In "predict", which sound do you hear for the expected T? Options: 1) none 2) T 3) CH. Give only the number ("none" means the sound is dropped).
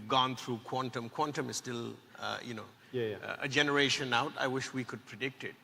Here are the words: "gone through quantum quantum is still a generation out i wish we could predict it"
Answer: 2